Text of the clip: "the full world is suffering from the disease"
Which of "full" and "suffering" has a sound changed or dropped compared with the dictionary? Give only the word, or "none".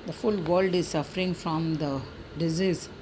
none